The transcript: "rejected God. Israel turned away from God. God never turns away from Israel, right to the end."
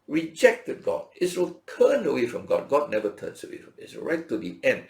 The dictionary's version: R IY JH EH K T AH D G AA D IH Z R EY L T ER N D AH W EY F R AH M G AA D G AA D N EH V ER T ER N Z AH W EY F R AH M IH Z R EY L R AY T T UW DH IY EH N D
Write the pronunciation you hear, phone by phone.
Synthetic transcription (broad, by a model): R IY JH EH K T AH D G AA D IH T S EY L T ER N AH W EY F R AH M G AA D G AA D N EH V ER T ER N S AH W EY F R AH M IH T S R AY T T UW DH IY EH N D